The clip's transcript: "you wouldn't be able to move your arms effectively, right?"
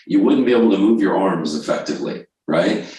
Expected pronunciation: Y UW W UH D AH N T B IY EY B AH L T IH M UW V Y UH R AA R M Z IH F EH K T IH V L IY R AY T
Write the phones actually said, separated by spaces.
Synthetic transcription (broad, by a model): Y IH W UH D N B IY EY B L T IH M UW V Y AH R AA R M Z IH F EH K T IH V L IY R AY T